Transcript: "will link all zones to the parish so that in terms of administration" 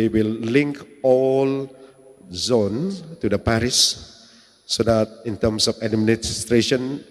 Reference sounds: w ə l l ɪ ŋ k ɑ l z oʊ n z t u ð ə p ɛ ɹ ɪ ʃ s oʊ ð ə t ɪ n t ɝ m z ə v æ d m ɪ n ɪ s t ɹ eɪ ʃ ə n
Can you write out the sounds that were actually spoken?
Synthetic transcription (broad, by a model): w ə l l ɪ ŋ k ɑ l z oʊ n t u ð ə p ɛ ɹ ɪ s oʊ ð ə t ɪ n t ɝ m s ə f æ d m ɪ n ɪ s t ɹ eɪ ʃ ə n